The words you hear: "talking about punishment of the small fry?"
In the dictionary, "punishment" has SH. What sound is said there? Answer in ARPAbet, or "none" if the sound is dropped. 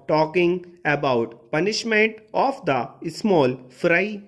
SH